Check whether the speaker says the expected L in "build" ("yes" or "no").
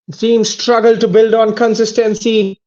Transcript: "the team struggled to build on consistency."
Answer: yes